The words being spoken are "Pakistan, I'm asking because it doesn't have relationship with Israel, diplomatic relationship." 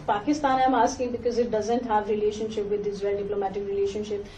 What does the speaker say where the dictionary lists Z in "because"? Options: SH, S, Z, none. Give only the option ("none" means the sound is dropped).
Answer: Z